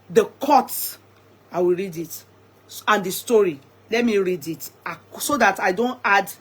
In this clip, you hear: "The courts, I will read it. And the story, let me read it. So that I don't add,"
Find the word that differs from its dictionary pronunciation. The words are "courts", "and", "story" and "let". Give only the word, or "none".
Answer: courts